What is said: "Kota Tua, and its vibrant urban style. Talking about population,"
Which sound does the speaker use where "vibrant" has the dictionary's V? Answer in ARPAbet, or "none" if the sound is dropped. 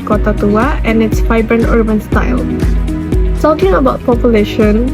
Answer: F